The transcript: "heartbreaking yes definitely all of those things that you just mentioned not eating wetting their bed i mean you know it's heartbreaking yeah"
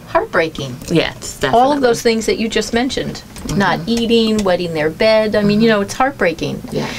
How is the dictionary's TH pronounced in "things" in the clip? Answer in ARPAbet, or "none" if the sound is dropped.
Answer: TH